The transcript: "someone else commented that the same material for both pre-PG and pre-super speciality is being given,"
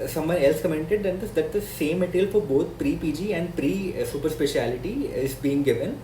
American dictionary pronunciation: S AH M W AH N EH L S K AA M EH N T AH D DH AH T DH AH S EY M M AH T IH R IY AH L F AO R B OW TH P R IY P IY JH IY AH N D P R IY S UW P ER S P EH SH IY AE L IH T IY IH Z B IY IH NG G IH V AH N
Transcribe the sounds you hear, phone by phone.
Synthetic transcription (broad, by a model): S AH M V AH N EH L S K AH M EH N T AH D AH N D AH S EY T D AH S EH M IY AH L F AO R B OW T P R IY P IY JH IY AH N D P R IY S UW P ER S P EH SH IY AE L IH T IY IH Z B IY IH NG G IH V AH N